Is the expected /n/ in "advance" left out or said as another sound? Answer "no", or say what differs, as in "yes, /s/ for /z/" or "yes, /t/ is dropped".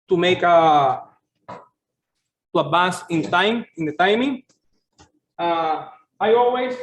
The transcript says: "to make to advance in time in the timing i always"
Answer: yes, /n/ is dropped